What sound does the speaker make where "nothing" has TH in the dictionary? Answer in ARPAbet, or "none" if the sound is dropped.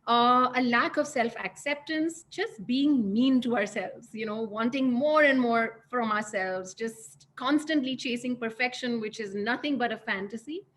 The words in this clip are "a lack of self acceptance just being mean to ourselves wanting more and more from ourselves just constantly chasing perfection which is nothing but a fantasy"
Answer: T